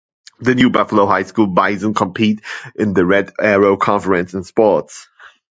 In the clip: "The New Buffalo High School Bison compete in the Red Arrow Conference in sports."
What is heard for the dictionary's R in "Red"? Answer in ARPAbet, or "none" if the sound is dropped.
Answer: R